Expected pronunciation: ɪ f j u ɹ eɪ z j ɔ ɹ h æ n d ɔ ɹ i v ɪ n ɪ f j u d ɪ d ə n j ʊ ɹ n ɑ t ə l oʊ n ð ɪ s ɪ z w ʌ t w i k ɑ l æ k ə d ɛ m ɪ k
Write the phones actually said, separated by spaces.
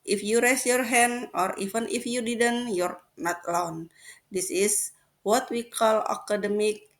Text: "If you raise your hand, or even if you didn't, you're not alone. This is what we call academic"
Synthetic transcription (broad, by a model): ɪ f j u ɹ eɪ s j ɔ ɹ h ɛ n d ɔ ɹ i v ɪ n ɪ f j u d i d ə n j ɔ ɹ n ɑ t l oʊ n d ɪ s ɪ s w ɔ t w i k ɑ l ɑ k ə d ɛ m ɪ k